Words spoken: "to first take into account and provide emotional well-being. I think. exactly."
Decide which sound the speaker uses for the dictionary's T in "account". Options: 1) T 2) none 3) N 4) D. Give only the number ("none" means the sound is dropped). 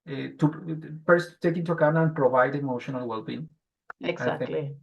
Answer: 2